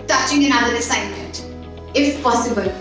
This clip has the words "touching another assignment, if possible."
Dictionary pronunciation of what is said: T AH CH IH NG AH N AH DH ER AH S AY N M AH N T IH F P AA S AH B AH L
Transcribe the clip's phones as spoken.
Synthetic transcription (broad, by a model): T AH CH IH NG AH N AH ER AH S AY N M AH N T IH F P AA S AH B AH L